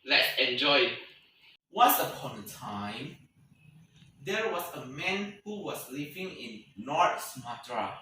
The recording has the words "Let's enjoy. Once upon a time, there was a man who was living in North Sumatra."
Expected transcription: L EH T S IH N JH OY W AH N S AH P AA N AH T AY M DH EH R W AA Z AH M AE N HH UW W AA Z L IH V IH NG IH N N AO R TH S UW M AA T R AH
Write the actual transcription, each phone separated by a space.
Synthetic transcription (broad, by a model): L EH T S IH N JH OY W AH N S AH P AA N AH T AY M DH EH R W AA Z AH M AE N HH UW W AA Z L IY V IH NG IH N L AO R T S M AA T R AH